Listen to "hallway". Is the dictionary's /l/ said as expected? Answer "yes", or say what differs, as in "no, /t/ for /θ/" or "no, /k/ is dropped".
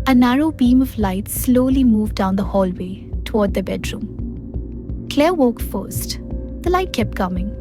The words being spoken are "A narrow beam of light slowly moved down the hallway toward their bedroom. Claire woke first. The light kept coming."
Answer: yes